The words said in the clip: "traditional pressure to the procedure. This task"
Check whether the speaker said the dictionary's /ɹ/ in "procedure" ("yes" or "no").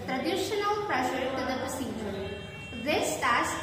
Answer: no